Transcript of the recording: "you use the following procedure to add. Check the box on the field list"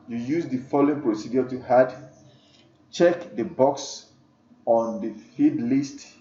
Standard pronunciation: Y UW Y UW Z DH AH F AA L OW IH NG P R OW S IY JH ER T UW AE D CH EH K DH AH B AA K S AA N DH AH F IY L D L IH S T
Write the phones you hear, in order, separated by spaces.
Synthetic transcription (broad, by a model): Y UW Y UW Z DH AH F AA L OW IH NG P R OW S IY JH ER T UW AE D CH EH K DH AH B AA K S AA N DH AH F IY D L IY S T